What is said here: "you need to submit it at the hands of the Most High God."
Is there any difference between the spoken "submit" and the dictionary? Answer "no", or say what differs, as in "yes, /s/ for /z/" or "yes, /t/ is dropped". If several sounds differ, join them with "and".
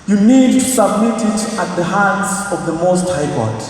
no